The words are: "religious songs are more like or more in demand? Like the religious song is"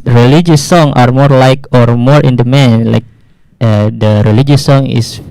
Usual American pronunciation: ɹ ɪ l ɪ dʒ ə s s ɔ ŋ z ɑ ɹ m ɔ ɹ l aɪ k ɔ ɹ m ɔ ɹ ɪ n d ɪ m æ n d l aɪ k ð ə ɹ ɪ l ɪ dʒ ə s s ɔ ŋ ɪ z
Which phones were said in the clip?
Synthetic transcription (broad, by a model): ɹ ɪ l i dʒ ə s s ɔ ŋ ɑ ɹ m ɔ ɹ l aɪ k ɔ ɹ m ɔ ɹ ɪ n d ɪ m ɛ n l aɪ k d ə ɹ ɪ l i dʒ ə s s ɔ ŋ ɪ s